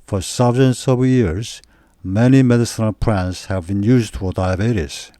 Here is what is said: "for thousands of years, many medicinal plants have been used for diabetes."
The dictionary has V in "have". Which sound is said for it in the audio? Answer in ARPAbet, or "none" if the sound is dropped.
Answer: V